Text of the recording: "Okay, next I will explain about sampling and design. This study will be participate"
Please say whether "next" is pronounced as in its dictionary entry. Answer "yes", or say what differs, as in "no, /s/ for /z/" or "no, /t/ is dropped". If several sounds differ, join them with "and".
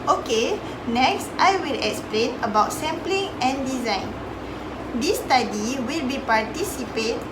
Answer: yes